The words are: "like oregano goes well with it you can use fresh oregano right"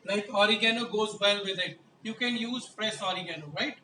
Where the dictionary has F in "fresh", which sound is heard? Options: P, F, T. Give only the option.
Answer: P